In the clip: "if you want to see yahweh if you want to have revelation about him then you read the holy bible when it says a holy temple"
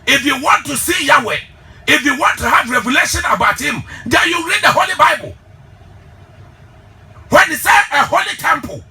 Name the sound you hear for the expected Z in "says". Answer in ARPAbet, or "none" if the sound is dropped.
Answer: none